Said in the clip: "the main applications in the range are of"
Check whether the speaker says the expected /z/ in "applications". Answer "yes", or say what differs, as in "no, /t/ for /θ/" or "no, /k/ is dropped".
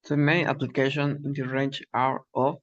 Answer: no, /z/ is dropped